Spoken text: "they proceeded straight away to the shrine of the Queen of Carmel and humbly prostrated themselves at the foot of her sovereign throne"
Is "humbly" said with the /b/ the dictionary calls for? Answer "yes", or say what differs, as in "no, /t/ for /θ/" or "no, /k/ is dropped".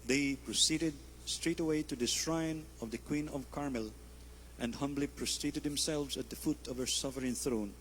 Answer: yes